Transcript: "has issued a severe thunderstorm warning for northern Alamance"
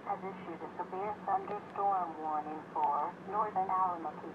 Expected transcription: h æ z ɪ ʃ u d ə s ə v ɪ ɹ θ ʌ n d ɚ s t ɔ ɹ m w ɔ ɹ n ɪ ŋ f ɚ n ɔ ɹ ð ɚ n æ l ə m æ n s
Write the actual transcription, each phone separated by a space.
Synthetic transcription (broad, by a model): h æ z ɪ ʃ u d ə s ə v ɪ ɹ s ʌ n d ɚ s t ɔ ɹ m w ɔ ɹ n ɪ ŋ f ɚ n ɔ ɹ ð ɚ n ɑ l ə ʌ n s